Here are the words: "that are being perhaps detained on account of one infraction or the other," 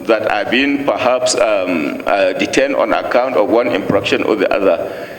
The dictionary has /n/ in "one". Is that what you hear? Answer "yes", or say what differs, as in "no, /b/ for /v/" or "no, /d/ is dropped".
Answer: yes